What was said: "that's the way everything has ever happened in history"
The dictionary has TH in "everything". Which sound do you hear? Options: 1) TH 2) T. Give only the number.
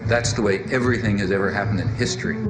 1